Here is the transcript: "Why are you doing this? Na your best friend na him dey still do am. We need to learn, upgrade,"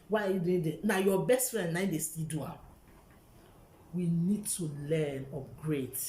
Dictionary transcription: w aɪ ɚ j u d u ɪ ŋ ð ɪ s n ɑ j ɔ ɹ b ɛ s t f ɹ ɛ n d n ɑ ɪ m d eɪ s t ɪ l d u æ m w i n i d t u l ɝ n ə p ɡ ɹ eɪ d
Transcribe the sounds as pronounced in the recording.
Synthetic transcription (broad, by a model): w aɪ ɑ j u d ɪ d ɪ n ɑ j ɔ b ɛ s t f ɹ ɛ n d n ɑ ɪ d eɪ s t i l d u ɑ w i n i d t u l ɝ n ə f ɡ ɹ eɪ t